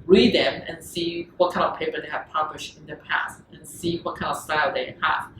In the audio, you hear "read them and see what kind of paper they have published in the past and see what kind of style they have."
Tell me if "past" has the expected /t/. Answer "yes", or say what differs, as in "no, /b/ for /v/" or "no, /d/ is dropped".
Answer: yes